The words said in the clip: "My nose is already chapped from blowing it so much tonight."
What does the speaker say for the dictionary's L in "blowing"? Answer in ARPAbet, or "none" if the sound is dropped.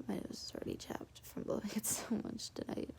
none